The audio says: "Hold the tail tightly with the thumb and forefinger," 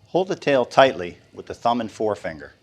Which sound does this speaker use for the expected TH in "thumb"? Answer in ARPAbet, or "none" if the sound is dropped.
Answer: TH